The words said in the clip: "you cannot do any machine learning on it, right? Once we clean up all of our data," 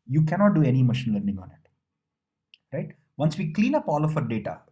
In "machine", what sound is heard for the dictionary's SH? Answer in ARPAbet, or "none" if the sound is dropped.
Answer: SH